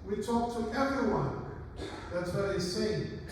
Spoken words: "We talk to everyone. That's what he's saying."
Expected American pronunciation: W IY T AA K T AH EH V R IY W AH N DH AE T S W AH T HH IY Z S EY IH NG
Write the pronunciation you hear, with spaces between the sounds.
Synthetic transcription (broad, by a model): W IY T AA K T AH EH V R IY W AH N DH AE T S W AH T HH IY S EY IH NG